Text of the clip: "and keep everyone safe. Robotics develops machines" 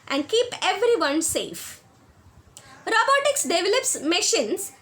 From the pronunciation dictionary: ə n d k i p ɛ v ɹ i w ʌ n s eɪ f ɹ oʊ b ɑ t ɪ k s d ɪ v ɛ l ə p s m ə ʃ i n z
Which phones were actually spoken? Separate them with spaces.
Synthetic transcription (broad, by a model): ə n d k i p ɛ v ɹ i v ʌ n s eɪ f ɹ oʊ b ɑ t ɪ k s d ɪ v ɛ l ə p s m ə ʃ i n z